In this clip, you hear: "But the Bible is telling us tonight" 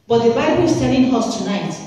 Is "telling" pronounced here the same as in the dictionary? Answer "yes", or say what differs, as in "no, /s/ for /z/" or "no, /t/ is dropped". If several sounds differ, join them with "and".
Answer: no, /n/ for /l/